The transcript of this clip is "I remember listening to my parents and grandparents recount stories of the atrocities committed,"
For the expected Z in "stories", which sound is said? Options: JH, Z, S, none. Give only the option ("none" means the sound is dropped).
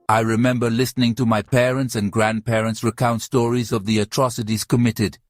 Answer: Z